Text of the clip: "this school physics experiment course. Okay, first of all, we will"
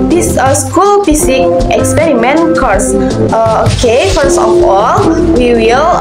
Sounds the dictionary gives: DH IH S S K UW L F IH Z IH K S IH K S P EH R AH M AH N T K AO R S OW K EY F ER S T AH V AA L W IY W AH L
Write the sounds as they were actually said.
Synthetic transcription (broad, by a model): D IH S S K UW L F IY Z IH K IH K S P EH R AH M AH N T K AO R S OW K EY F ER S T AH F AA L W IY W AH L